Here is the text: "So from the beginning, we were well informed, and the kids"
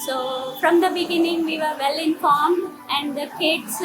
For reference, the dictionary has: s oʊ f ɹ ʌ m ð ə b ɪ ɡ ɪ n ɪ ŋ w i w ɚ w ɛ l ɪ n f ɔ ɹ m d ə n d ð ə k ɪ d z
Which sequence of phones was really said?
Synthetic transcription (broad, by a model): s oʊ f ɹ ʌ m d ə b ɪ ɡ ɪ n ɪ ŋ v i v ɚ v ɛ l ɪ n f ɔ ɹ m ə n d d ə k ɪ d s